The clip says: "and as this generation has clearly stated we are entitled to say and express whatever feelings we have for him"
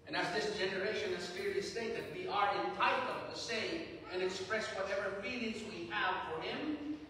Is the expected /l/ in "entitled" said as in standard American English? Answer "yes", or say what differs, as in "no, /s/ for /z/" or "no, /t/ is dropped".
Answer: no, /l/ is dropped